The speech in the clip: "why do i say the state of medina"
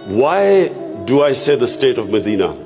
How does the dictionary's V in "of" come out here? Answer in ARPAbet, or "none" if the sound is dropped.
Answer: V